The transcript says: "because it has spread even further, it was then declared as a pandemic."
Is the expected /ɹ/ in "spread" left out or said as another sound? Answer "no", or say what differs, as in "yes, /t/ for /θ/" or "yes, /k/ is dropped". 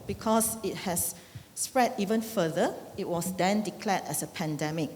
no